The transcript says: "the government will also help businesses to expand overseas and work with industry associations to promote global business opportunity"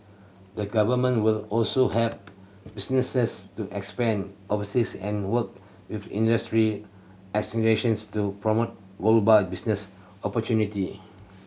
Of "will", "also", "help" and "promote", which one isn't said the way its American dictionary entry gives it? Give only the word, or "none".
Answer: help